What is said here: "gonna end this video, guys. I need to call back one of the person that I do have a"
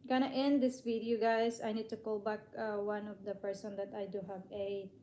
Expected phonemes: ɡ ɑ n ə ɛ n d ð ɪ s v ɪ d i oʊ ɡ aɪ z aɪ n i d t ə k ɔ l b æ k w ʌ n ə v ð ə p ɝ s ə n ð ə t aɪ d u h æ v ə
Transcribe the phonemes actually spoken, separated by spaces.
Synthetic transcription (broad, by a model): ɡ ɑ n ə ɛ n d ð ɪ s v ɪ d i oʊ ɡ aɪ s aɪ n i d t ə k ɔ l b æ k w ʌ n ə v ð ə p ɝ s ə n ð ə t aɪ d u h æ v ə